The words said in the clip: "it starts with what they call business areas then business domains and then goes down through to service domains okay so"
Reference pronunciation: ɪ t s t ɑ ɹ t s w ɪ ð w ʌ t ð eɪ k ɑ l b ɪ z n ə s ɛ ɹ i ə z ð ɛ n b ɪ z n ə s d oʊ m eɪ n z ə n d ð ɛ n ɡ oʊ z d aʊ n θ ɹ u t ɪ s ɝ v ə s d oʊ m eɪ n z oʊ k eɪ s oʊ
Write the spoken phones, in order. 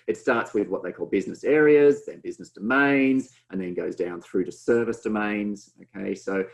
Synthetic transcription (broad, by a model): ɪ t s t ɑ ɹ t s w ɪ ð w ʌ t ð eɪ k ɑ l b ɪ z n ə s ɛ ɹ i ə z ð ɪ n b ɪ z n ə s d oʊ m eɪ n z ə n ð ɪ n ɡ oʊ z d aʊ n θ ɹ u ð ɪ s ɝ v ə s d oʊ m eɪ n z oʊ k eɪ s oʊ